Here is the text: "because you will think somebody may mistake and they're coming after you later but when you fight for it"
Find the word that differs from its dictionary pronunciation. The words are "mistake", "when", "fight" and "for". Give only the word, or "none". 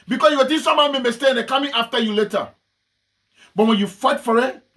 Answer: mistake